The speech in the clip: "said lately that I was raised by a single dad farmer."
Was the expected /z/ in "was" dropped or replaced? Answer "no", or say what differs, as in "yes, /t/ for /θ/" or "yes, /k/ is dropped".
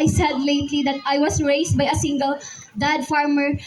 yes, /s/ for /z/